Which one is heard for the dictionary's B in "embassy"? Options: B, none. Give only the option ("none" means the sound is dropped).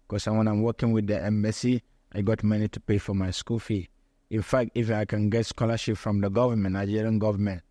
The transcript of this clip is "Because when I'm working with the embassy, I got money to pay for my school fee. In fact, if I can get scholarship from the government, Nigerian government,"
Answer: none